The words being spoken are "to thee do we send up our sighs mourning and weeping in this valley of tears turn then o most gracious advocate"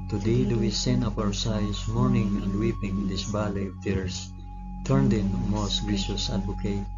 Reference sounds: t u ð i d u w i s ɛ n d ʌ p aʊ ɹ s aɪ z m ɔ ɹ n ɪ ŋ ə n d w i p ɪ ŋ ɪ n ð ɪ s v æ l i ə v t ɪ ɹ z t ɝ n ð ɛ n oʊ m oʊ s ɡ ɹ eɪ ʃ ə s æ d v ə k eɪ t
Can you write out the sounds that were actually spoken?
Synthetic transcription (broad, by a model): t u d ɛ d u w i s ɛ n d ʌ p aʊ ɹ s aɪ s m ɔ ɹ n ɪ ŋ ə n d w i p ɪ ŋ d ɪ s b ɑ l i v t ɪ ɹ s t ɝ n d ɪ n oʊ m oʊ s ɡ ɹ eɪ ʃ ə s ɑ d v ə k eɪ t